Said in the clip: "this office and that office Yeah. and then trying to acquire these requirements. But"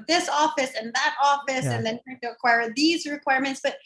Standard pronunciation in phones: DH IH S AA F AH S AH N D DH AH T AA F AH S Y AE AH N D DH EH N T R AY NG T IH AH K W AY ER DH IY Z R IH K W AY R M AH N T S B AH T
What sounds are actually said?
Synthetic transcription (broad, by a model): DH IH S AA F AH S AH N DH AH T AA F AH S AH N DH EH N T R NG T IH AH K W AY ER DH IY Z R IH K W AY R M AH N T S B AH T